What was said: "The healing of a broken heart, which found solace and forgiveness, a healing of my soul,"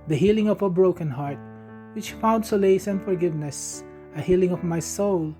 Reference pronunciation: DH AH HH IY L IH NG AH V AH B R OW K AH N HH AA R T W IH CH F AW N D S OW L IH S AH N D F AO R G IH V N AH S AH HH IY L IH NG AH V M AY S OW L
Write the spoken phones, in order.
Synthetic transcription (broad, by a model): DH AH HH IY L IH NG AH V AH B R OW K AH N HH AA R T W IH CH F AW N D S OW L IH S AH N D F AO R G IH V N AH S AH HH IY L IH NG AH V M AY S OW L